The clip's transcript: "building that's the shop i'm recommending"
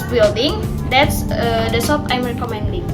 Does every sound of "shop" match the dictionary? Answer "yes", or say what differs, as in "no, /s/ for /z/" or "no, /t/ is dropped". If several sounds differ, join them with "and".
no, /s/ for /ʃ/